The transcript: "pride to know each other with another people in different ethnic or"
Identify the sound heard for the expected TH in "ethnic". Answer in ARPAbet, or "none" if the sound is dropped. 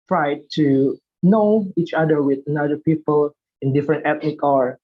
T